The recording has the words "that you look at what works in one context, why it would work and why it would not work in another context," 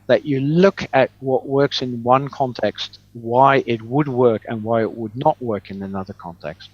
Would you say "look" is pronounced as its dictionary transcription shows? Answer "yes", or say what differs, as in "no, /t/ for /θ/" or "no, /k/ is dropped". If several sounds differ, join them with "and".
yes